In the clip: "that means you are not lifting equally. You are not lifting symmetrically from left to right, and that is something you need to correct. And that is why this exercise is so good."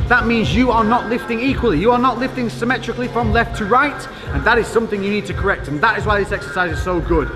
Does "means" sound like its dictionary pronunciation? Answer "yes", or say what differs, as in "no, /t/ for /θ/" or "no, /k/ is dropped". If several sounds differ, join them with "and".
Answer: yes